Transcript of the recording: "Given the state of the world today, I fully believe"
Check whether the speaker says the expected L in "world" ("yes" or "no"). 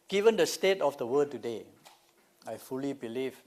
no